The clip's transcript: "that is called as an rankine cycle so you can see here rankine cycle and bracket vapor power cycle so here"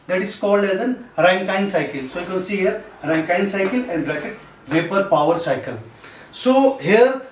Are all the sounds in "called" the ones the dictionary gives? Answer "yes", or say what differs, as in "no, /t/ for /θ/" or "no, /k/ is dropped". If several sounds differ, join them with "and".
yes